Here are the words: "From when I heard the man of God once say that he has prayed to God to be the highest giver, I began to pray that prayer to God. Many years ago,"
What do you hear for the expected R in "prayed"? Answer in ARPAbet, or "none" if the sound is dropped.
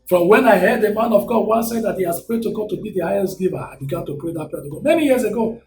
R